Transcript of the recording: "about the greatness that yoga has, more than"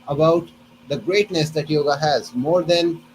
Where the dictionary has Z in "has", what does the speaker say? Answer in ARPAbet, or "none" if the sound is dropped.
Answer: Z